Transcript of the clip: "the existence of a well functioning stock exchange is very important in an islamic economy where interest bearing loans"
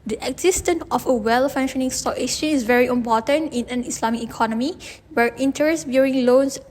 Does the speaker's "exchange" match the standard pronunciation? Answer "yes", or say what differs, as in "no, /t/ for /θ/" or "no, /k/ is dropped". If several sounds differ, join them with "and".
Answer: no, /k/ is dropped and /dʒ/ is dropped